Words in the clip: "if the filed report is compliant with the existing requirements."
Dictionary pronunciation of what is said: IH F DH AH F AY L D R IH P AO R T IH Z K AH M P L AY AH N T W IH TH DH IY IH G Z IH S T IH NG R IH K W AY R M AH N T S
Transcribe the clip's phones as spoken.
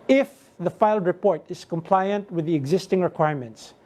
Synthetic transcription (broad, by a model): IH F DH AH F AY L D R IH P AO R T IH Z K AH M P L AY AH N T W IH DH IY IH G Z IH S T IH NG R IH K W AY R M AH N T S